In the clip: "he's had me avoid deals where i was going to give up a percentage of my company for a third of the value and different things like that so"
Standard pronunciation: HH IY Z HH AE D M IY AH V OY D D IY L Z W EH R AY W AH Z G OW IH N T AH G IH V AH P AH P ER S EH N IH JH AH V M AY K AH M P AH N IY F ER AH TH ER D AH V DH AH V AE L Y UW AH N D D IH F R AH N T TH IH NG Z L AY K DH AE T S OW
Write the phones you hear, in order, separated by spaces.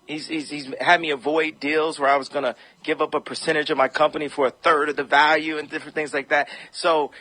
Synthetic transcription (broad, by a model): HH IY Z HH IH D M IY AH V OY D D IY L Z W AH R AY W AH Z G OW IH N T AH G IH V AH P AH P ER S EH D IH JH AH V M AY K AH M P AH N IY F ER AH TH ER D AH V DH AH V AE L Y UW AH N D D IH F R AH N TH IH NG Z L AY K DH AE T S OW